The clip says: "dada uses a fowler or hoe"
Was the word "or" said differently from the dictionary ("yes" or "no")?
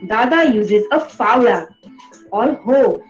yes